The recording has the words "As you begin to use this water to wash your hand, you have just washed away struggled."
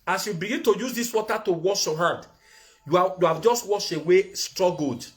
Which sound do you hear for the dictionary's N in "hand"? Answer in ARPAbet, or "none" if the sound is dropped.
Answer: none